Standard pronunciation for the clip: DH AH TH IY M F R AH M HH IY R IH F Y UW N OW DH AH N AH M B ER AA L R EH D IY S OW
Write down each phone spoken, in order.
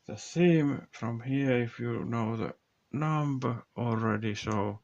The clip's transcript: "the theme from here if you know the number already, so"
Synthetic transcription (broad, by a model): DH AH S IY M F R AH M HH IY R IH F Y UW N OW DH AH N AH M B ER AA L R EH D IY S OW